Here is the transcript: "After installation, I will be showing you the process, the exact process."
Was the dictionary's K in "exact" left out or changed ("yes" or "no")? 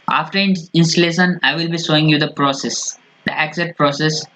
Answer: yes